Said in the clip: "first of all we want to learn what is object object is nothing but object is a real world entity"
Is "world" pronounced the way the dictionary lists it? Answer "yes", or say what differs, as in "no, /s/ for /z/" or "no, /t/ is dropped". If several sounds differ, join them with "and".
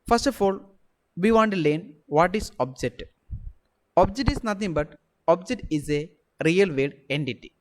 no, /l/ is dropped